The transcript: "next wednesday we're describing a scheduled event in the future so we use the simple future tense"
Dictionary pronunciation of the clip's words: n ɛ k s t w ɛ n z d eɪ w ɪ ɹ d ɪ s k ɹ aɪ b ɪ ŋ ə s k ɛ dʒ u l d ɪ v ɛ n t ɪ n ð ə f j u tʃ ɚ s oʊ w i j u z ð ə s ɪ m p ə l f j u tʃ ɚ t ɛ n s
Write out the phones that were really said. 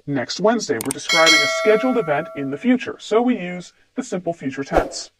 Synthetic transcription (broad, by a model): n ɛ k s t w ɛ n z d eɪ w ɪ ɹ d ɪ s k ɹ aɪ b ɪ ŋ ə s k ɛ dʒ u l d ɪ v ɛ n t ɪ n ð ə f j u tʃ ɚ s oʊ w i j u z ð ə s ɪ m p l f j u tʃ ɚ t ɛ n s